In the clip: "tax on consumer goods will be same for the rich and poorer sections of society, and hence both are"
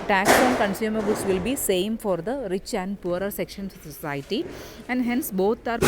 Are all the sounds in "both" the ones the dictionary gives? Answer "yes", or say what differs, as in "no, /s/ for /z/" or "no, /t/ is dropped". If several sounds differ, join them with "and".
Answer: no, /t/ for /θ/